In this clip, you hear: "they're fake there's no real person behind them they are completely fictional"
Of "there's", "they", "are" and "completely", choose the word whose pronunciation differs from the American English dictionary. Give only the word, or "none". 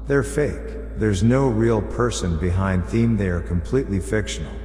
none